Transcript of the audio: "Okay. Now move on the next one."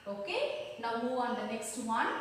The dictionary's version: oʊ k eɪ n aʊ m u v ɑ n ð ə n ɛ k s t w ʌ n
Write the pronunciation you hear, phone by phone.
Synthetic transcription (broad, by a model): oʊ k eɪ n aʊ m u ɑ n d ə n ɛ k s t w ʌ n